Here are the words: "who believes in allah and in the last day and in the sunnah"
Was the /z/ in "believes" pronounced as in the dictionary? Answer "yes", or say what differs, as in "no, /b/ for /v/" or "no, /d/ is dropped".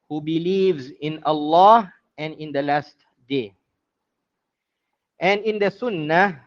yes